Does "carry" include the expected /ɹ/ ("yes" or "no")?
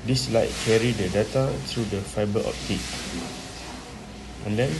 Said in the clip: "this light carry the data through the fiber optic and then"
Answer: yes